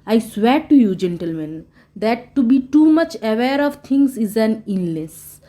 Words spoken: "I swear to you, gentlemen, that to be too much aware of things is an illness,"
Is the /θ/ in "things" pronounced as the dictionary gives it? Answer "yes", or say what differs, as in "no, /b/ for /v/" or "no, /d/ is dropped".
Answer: no, /t/ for /θ/